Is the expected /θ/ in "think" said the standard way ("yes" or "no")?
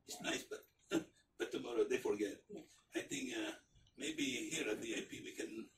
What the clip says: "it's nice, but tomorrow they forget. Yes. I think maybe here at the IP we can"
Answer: no